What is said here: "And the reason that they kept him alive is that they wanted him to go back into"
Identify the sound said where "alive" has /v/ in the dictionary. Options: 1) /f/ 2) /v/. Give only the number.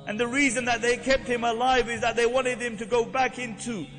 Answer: 2